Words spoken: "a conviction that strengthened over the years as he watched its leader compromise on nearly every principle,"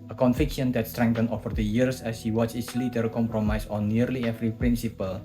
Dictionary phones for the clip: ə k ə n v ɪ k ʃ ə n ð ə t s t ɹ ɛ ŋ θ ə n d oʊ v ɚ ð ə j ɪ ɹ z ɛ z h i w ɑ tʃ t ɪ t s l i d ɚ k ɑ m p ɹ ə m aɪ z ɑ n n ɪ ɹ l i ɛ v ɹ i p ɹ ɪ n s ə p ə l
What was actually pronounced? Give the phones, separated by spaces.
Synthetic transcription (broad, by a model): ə k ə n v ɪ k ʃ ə n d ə t s t ɹ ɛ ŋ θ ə n oʊ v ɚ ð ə j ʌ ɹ s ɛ s h i w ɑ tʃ ɪ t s l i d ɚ k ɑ m p ɹ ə m aɪ s ɑ n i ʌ ɹ l i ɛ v ɹ i p ɹ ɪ n s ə p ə l